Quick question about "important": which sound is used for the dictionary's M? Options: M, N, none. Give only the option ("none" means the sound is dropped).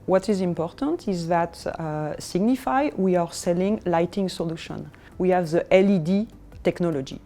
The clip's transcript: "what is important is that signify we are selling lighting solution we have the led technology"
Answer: M